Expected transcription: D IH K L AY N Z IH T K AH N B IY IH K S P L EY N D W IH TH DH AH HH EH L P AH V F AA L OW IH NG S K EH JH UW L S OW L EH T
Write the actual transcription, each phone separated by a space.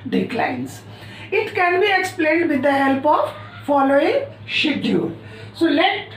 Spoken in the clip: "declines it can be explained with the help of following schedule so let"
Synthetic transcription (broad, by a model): D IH K L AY N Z IH T K AH N B IY IH K S P L EY N D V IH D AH HH EH L P AH V F AA L OW IH NG SH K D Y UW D S OW L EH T